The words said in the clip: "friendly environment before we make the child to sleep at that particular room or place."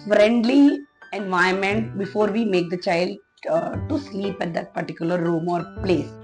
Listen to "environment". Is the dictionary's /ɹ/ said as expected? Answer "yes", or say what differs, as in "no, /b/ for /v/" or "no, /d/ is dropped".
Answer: no, /ɹ/ is dropped